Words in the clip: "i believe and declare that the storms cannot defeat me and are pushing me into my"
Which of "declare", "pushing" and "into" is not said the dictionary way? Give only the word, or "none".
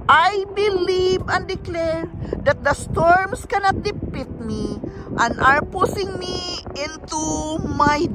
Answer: pushing